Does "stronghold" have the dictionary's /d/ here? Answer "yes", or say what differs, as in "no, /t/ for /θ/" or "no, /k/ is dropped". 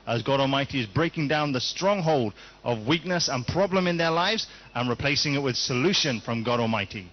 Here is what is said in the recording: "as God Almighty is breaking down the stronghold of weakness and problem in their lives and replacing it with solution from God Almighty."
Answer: yes